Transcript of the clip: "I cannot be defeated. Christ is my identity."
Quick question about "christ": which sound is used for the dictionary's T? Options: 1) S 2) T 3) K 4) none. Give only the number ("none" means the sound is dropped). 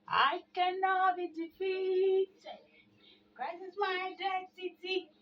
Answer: 4